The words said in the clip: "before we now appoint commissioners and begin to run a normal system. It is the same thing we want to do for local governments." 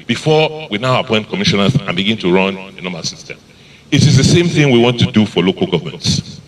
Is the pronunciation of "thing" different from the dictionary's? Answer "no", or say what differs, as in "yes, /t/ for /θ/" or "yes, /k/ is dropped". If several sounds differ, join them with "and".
no